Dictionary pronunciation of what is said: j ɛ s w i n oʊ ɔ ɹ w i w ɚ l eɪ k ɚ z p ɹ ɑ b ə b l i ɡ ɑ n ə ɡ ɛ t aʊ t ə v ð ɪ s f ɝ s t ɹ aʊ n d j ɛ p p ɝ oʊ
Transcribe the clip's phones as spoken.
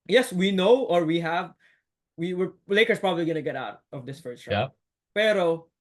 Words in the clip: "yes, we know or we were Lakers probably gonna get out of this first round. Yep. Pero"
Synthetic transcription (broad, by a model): j ɛ s w i n oʊ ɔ ɹ w i w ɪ l eɪ k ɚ s p ɹ ɑ b ə b l i ɡ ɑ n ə ɡ ɛ t aʊ t ə v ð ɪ s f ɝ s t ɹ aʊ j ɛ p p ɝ oʊ